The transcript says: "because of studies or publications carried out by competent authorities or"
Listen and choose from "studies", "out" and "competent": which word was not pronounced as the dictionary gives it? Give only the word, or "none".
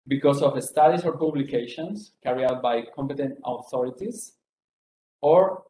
studies